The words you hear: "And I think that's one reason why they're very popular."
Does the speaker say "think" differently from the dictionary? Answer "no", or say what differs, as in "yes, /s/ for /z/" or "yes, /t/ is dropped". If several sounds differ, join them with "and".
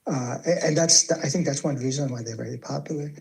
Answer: no